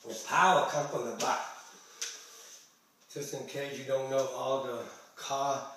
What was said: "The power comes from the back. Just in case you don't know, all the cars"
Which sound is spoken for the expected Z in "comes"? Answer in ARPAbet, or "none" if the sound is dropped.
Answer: none